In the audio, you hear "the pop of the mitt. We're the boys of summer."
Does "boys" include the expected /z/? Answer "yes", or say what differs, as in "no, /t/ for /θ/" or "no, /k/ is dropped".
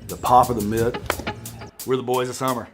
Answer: yes